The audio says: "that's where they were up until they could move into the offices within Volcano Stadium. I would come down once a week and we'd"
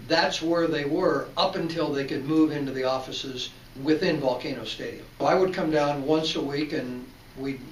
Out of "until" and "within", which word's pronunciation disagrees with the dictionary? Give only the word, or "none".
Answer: none